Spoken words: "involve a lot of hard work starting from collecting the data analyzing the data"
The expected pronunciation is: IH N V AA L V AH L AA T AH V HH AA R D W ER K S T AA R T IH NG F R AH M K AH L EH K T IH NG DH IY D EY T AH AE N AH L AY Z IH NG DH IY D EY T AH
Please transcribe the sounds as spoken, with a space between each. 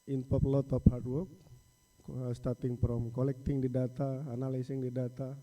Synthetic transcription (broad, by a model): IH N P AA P L AA T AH P HH AA R D W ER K S T AA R T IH NG P R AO M K AH L EH K T IH NG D IY D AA T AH N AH L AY S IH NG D IY D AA T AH